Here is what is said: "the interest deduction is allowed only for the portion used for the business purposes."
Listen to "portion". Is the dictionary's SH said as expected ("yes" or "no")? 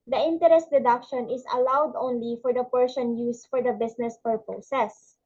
no